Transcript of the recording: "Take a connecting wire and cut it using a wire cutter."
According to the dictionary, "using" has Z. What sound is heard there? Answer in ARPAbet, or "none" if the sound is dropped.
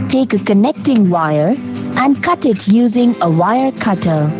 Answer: Z